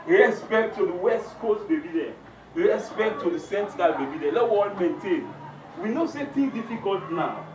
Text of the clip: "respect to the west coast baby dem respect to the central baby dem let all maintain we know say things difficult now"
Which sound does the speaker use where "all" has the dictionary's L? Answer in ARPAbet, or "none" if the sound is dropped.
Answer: N